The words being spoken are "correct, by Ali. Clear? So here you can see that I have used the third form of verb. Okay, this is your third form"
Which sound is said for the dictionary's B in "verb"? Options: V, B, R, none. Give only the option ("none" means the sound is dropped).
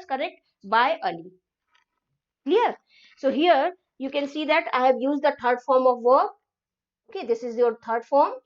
none